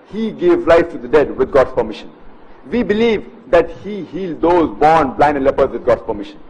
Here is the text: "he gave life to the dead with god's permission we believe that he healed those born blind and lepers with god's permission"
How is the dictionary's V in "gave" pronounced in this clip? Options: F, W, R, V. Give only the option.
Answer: V